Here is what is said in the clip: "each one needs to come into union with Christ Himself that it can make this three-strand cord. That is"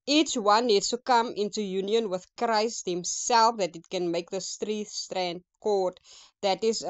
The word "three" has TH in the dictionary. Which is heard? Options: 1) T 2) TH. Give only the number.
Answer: 1